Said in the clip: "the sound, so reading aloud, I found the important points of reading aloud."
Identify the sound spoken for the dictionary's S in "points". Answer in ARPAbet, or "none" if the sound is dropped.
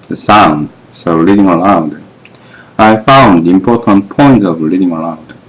none